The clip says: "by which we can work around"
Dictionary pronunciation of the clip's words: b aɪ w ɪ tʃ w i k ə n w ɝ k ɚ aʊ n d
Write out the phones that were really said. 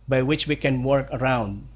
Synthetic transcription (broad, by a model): b aɪ w ɪ tʃ w i k ə n w ɝ k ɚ aʊ n d